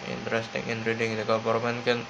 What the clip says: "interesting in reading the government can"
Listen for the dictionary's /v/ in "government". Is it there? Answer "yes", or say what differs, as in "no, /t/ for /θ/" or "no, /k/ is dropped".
no, /p/ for /v/